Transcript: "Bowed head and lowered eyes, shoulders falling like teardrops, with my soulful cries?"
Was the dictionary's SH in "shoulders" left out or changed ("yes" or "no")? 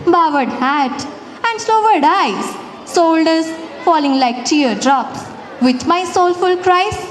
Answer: yes